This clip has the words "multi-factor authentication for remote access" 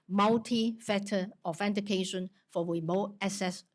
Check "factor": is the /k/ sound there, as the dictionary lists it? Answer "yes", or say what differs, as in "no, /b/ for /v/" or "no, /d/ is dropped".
no, /k/ is dropped